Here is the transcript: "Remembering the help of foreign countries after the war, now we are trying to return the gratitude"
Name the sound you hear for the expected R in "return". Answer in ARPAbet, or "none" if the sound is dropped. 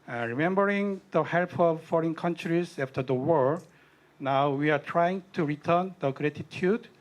R